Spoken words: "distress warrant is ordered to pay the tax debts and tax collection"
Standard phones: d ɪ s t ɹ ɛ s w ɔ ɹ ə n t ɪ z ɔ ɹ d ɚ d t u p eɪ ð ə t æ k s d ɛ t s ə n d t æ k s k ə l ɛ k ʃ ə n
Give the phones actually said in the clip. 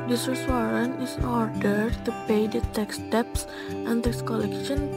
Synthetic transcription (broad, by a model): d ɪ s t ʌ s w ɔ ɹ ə n ɪ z ɔ ɹ d ɚ d t u p eɪ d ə t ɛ k s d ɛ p s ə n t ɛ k s k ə l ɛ k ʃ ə n